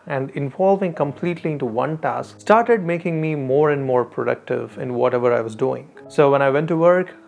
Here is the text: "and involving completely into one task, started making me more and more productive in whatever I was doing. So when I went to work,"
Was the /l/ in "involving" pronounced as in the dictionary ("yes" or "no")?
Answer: yes